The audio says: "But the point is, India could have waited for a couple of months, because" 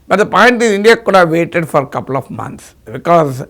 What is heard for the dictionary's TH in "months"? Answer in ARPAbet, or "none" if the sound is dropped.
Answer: T